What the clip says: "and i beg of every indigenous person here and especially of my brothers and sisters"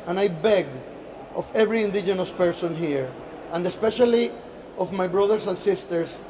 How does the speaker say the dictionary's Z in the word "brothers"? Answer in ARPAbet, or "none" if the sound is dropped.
S